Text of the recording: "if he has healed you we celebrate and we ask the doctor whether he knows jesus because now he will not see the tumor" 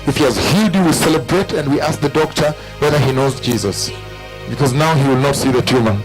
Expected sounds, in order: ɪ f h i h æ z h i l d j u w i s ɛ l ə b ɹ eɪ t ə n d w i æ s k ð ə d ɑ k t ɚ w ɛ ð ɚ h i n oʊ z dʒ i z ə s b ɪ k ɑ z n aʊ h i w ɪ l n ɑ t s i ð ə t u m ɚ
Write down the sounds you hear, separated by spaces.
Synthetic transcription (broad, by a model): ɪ f h i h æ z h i d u w i s ɛ l ə b ɹ eɪ t ə n d w i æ s k ð ə d ɑ k t ɚ w ɛ ð ɚ h i n oʊ z dʒ i z ə s b ɪ k ɑ z n aʊ h i w ɪ l n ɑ t s i ð ə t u m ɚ